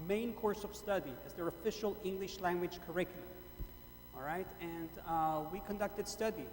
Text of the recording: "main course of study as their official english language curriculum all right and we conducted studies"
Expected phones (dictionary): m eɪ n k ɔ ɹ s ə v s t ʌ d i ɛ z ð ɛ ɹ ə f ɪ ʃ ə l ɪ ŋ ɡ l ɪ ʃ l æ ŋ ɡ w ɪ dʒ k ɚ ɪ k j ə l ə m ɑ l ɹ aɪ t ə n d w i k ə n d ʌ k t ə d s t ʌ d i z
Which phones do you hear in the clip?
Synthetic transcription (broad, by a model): m eɪ n k ɔ ɹ s ə v s t ʌ d i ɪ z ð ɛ ɹ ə f ɪ ʃ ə l ɪ ŋ ɡ l ɪ ʃ l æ ŋ ɡ w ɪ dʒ k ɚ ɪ k j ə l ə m ɑ l ɹ aɪ t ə n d w i k ə n d ʌ k t ə d s t ʌ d i